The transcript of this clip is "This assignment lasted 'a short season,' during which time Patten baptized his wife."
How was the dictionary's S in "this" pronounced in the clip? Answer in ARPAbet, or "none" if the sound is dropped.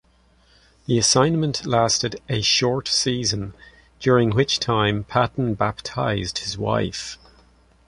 none